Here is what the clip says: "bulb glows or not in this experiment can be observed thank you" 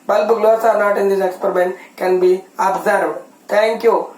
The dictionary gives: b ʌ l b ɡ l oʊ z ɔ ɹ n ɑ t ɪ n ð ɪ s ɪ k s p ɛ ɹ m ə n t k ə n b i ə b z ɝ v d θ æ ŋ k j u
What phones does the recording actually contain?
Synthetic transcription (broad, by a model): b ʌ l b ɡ l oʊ s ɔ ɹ n ɑ t ɪ n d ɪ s ɪ k s p ɛ ɹ m ə n t k ə n b i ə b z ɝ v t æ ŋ k j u